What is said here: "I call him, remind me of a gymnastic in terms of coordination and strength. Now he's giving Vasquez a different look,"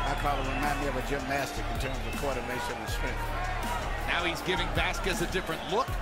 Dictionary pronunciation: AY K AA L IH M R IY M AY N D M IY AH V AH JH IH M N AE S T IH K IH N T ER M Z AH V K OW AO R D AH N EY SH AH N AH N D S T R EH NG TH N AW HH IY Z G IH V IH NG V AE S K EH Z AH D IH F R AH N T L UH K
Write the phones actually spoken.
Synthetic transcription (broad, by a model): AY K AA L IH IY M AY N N AH V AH JH IH M N AE S T IH K IH N T ER M Z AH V K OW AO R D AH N EY SH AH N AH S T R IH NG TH N AW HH IY Z G IH V IH NG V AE S K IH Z AH D IH F R AH N T L UH K